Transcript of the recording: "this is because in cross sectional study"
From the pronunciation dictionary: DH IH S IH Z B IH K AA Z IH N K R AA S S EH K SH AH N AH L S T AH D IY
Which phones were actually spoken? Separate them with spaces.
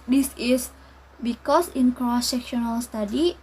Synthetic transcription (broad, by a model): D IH S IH S B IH K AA S IH N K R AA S S EH K SH AH N AH L S T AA D IY